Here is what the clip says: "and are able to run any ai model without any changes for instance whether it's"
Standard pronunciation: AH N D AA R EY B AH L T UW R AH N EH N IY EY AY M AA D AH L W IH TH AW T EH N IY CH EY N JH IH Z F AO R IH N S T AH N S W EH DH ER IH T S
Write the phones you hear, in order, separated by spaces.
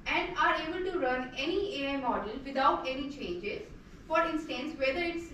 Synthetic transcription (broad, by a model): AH N D AA R EY B AH L T UW R AH N EH N IY EY AY M AA D AH L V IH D AW T EH N IY CH EY N JH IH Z F AO R IH N S T AH N S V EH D ER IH T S